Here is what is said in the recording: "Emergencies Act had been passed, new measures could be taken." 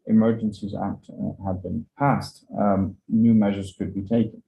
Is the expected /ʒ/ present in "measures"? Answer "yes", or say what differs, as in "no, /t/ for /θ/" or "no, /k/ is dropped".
yes